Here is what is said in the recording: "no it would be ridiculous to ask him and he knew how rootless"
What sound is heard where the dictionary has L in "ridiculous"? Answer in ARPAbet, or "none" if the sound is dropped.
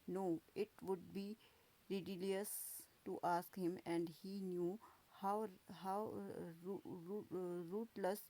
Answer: none